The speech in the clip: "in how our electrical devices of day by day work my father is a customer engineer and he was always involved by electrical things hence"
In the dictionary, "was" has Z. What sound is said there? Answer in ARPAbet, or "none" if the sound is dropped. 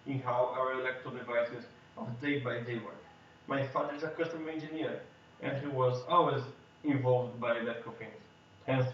Z